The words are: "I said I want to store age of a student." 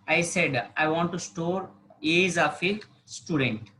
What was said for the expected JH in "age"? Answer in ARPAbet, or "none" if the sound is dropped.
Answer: Z